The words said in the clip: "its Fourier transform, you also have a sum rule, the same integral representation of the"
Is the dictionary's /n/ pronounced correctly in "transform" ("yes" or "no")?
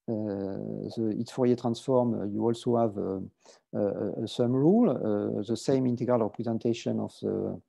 yes